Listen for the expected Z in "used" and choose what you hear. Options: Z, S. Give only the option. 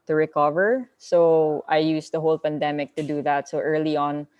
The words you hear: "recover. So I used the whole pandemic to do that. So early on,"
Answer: S